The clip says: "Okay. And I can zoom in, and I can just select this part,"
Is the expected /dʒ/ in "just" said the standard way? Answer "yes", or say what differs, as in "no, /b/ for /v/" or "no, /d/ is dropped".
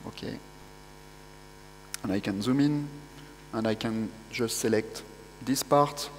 no, /ʒ/ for /dʒ/